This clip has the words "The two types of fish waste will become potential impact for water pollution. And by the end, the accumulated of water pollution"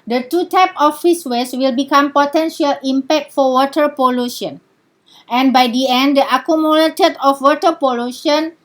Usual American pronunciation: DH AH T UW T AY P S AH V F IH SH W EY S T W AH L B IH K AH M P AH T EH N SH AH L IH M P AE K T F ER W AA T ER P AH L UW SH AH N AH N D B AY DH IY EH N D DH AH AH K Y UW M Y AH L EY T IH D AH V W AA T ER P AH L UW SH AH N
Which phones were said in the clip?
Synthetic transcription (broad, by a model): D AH T UW T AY P AH F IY S W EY S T W AH L B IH K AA M P AH T EH N SH AH L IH M P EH K T F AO W AA T ER P AH L UW SH AH N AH N B AY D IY EH N D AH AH K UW M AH L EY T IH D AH F W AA T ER P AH L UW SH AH N